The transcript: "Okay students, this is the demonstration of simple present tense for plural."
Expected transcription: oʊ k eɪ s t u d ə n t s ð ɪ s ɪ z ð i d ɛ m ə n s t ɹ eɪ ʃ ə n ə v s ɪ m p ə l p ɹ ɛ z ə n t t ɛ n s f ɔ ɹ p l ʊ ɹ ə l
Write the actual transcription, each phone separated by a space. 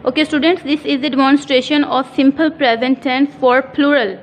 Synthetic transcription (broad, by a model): oʊ k eɪ s t u d ə n t s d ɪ s ɪ z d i d ɛ m ə n s t ɹ eɪ ʃ ə n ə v s ɪ m p ə l p ɹ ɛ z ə n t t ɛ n f ɔ ɹ p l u ɹ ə l